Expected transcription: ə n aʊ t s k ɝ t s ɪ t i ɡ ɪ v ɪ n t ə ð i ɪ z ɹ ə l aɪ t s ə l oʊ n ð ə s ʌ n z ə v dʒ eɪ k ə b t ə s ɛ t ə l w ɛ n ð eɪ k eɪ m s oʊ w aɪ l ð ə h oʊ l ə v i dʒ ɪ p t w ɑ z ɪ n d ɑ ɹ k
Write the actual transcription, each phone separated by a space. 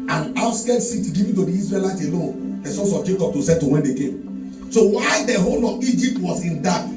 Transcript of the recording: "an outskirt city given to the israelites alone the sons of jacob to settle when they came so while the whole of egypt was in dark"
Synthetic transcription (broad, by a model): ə n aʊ s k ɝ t s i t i ɡ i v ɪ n t ə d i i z ɹ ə l aɪ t ə l oʊ n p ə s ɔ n s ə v dʒ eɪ k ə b t ə s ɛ t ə w ɛ n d eɪ k eɪ m s oʊ w aɪ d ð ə h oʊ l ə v i dʒ ɪ p t w ɑ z ɪ n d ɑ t